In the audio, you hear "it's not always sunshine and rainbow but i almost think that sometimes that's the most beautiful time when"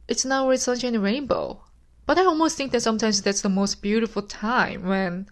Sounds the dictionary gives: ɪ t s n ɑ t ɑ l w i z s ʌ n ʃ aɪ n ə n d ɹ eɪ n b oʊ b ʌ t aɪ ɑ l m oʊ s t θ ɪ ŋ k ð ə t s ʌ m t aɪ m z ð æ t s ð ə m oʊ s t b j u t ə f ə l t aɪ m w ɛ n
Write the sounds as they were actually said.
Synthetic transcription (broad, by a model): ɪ t s n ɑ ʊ w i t s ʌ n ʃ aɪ ə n ɹ eɪ n b oʊ b ʌ t aɪ ɑ l m oʊ s t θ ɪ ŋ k ð ə t s ʌ m t aɪ m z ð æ t s ð ə m oʊ s t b j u t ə f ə l t aɪ m w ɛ n